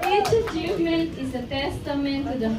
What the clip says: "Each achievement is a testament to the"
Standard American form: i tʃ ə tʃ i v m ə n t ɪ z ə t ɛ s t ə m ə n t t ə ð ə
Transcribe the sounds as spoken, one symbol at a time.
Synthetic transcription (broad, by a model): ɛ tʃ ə s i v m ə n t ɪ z ə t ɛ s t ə m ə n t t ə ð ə